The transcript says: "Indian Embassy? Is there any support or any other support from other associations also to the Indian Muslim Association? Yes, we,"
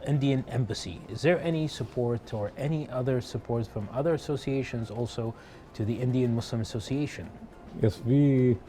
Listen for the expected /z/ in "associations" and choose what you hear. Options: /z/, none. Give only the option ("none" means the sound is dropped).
/z/